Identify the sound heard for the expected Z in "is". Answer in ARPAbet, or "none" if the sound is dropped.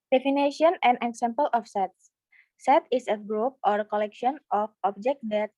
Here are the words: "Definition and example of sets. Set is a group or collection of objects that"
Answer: S